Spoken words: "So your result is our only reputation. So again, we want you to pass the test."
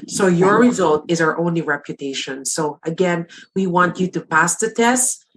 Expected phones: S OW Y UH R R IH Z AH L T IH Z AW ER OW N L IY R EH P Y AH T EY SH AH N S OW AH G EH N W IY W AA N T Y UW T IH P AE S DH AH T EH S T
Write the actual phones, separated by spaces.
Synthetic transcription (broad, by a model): S OW Y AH R R IH Z AH L T IH Z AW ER OW N L IY R EH P Y AH T EY SH AH N S OW AH G EH N W IY W AA N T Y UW T IH P AE S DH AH T EH S T